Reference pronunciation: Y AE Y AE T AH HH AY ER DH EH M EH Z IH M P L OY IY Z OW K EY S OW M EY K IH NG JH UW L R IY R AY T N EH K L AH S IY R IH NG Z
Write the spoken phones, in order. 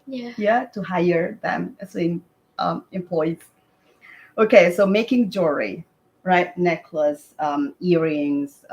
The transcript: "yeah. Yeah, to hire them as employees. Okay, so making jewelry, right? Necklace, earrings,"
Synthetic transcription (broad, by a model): Y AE Y AE T AH HH AY ER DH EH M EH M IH M P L OY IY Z OW K EY S OW M EY K IH NG JH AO R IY R AY T N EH K L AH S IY R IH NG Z